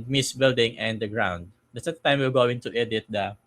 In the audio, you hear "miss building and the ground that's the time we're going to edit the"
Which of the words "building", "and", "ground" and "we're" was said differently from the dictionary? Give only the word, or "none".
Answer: we're